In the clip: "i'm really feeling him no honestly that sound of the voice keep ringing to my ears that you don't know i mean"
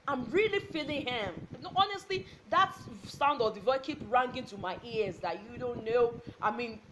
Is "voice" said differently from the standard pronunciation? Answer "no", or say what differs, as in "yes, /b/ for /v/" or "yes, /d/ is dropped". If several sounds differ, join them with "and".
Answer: yes, /s/ is dropped